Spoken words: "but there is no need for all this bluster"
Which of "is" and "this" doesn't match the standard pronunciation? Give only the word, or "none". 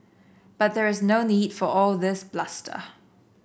none